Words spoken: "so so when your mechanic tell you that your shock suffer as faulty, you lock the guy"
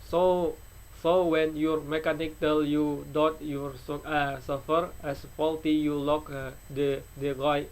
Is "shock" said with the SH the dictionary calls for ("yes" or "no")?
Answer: no